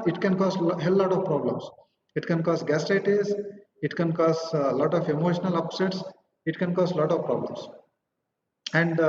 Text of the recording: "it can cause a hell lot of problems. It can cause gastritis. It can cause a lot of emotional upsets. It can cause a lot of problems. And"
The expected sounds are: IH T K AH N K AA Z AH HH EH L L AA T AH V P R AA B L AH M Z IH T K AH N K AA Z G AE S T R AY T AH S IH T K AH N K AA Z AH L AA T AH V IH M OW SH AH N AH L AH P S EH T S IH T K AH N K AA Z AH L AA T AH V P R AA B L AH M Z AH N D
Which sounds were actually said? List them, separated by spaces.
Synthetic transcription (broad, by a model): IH T K AH N K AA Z HH EH L L AA T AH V P R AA B L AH M S IH T K AH N K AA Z G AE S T AY T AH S IH T K AH N K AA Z L AA T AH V IH M OW SH AH N AH L AH P S EH T S IH T K AH N K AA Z L AA T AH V P R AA B L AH M S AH N D